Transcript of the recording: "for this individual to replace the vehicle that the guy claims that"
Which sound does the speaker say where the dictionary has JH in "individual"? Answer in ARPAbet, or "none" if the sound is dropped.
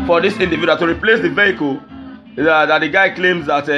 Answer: none